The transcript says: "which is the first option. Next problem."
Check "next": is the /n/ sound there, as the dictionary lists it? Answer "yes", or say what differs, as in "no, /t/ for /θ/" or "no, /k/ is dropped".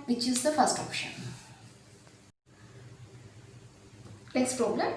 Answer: no, /l/ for /n/